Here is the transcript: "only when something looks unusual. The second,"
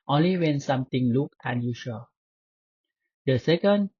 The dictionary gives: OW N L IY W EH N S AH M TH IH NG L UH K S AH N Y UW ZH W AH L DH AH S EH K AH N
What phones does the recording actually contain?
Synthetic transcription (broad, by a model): OW N L IY W EH N S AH M T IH NG L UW K AH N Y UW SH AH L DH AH S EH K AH N